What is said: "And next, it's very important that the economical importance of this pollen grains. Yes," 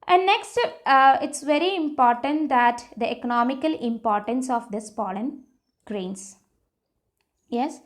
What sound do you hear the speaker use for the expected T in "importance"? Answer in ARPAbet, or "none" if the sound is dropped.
T